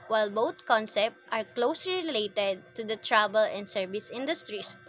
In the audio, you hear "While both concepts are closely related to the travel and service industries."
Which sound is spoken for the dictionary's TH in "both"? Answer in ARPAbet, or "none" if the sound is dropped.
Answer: T